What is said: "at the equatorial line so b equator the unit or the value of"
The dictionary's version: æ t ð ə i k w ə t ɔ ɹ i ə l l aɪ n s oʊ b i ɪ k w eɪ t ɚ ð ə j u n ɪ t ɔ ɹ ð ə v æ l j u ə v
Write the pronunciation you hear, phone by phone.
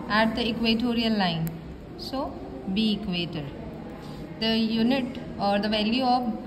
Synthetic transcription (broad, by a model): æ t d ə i k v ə t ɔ ɹ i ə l l aɪ n s oʊ b i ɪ k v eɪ t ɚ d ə j u n ɪ t ɔ ɹ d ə v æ l j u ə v